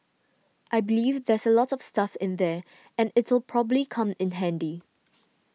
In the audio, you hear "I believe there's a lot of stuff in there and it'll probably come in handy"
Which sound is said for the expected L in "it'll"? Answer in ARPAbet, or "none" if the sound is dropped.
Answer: L